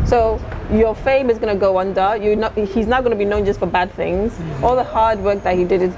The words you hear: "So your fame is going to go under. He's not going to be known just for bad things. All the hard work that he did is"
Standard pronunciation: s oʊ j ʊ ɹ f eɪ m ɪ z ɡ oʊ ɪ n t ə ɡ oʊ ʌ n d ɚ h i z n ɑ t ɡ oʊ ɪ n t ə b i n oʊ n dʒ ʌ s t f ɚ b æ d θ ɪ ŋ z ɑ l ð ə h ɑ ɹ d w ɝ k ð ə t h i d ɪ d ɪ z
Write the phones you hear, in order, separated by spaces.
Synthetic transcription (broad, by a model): s oʊ j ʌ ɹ f eɪ m ɪ z ɡ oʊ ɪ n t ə ɡ oʊ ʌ n d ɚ h i z n ɑ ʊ ɡ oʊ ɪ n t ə b i n oʊ n dʒ ʌ s t f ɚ b æ d θ ɪ ŋ z ɑ l ð ə h ɑ ɹ d w ɝ k ð ə t h i d ɪ d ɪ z